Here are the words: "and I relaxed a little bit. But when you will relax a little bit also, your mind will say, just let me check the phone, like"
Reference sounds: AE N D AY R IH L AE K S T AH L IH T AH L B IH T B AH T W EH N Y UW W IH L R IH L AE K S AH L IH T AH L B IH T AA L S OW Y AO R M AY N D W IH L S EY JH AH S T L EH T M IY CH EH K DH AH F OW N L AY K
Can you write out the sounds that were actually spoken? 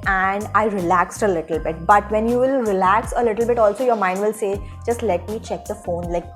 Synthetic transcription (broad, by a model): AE N D AY R IH L AE K S T AH L IH T AH L B IH T B AH T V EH N Y UW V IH L R IH L AE K S AH L IH T AH L B IH T AA L S OW Y AO R M AY N D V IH L S EY JH AH S T L EH T M IY CH EH K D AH F OW N L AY K